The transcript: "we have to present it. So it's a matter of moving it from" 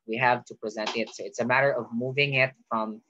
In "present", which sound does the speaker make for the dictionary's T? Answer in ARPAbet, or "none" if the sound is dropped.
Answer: none